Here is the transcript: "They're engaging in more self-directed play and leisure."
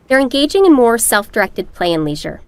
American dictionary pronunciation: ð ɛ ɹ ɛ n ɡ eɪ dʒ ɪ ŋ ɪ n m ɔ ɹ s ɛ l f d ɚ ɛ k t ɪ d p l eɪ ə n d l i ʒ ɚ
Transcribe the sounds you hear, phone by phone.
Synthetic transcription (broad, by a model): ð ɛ ɹ ɛ n ɡ eɪ dʒ ɪ ŋ ɪ n m ɔ ɹ s ɛ l f d ɚ ɛ k t ɪ d p l eɪ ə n l i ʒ ɚ